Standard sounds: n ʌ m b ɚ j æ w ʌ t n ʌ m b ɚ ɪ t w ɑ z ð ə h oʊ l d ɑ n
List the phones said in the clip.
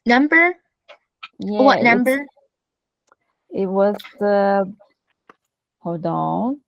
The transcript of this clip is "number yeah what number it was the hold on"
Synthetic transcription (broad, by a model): n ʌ m b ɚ j æ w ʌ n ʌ m b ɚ ɪ t w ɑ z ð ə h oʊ d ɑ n